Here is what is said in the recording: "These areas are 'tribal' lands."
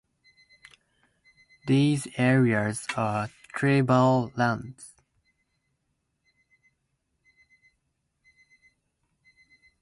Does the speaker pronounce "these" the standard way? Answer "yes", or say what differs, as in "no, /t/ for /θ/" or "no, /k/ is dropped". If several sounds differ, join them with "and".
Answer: yes